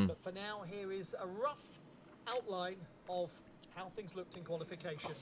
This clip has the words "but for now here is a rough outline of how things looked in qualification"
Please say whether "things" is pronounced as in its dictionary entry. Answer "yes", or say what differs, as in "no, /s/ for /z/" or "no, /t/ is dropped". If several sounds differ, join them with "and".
yes